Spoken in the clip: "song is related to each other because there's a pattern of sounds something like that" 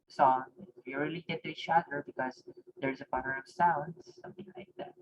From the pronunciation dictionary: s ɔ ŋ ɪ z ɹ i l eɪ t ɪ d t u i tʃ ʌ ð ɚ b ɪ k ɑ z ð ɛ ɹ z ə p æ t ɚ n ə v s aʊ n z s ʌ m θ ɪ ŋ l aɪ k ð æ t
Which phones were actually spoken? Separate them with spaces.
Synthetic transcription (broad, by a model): s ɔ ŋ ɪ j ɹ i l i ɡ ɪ t u i tʃ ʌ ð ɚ b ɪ k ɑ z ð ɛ ɹ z ə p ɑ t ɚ ə v s aʊ n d s ʌ m θ ɪ ŋ l aɪ k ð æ t